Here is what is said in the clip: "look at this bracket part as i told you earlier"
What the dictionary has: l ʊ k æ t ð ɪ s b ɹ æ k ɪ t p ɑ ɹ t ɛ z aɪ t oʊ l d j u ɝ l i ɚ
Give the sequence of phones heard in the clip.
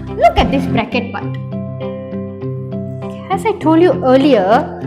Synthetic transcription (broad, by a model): l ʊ k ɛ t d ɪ s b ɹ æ k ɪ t b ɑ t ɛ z aɪ t oʊ l d j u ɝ l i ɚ